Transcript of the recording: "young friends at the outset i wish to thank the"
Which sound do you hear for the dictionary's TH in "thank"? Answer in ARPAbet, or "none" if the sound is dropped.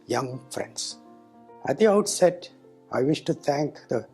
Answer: T